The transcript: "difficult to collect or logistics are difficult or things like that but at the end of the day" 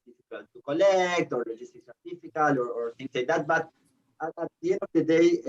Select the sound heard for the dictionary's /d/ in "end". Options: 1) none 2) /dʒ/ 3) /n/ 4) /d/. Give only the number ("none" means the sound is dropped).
1